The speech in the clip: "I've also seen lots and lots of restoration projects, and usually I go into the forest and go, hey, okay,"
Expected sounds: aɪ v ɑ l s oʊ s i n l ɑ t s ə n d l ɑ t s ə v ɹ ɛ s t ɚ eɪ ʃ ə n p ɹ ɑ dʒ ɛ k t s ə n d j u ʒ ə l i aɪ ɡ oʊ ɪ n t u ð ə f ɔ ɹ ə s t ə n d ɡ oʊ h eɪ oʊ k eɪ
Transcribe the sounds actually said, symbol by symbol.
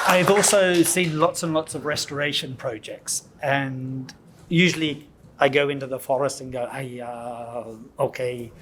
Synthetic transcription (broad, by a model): aɪ v ɑ l s oʊ s i n l ɑ t s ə n l ɑ t s ə v ɹ ɛ s t ɚ eɪ ʃ ə n p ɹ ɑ dʒ ɛ k t s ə n j u ʒ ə l i aɪ ɡ oʊ ɪ n t u ð ə f ɔ ɹ ə s t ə n ɡ oʊ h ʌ oʊ k eɪ